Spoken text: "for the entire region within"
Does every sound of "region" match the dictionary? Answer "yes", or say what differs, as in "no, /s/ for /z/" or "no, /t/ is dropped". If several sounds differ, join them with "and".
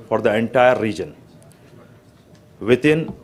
yes